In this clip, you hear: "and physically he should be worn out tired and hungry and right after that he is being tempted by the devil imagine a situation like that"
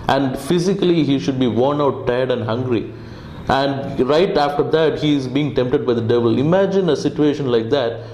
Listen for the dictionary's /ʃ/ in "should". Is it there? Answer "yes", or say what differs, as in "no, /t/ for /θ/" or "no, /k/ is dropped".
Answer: yes